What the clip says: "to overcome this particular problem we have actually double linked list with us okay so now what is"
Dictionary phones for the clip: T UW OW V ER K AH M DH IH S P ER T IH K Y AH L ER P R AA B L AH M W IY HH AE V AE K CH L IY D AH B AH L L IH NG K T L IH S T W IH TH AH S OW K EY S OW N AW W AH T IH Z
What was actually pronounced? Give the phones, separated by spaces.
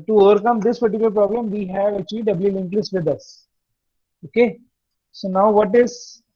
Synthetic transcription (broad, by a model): T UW OW V ER K AH M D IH S P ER T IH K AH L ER P R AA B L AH M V IY HH AE V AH CH IY D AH B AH L L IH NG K L IH S T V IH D AH S OW K EY S OW N AW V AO T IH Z